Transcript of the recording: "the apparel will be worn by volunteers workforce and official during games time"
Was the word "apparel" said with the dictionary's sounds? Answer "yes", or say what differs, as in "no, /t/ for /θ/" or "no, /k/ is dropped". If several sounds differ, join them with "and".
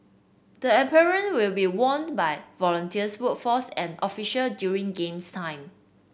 no, /n/ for /l/